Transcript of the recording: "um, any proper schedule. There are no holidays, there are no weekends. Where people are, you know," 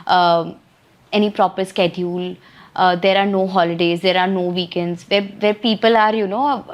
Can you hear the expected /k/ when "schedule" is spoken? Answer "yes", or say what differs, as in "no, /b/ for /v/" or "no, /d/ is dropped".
yes